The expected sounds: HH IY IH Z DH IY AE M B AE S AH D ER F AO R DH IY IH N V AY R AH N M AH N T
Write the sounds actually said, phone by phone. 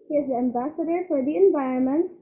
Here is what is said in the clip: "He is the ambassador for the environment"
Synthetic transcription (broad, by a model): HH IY IH Z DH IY AE M B AE S AH D ER F AO R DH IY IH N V AY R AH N M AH N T